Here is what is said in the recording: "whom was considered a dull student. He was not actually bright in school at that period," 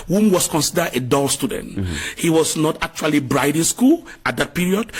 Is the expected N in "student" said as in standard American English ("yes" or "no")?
yes